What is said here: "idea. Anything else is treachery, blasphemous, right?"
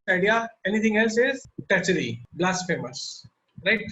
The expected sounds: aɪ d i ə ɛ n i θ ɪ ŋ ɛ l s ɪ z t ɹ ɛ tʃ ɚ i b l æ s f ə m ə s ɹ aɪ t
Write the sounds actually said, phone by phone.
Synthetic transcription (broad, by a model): aɪ d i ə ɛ n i t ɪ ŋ ɛ l s ɪ z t ɛ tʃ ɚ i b l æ s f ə m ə s ɹ aɪ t